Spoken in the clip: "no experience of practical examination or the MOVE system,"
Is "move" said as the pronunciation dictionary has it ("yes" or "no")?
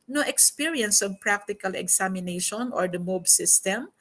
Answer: no